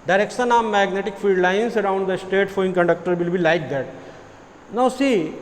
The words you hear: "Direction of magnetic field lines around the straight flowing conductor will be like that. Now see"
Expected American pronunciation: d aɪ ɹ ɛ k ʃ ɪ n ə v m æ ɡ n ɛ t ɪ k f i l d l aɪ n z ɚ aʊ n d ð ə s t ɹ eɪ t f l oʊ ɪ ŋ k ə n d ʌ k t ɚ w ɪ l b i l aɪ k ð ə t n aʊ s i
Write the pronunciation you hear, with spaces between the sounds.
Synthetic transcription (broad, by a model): d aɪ ɹ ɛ k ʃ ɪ n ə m m æ ɡ n ɛ t ɪ k f i l d l aɪ n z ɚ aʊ n d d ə s t eɪ t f oʊ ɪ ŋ k ə n d ʌ k t ɚ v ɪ l b i l aɪ k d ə t n aʊ s i